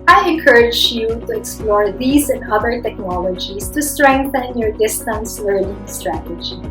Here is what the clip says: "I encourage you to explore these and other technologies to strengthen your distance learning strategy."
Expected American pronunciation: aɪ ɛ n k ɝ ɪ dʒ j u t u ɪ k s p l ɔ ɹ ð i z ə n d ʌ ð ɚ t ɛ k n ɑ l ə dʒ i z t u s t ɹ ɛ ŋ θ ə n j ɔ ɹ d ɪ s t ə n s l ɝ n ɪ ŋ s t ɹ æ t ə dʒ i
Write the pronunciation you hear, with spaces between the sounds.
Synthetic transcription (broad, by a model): aɪ ɛ n k ɝ ɪ dʒ j u t u ɪ k s p l ɔ ɹ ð i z ə n d ʌ ð ɚ t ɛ k n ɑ l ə dʒ i s t u s t ɹ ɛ ŋ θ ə n j ɔ ɹ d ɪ s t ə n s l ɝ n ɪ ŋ s t ɹ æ t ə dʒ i